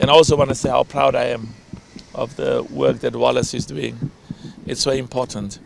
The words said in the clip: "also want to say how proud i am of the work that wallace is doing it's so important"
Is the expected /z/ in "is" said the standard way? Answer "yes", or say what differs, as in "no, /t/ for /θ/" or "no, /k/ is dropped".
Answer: yes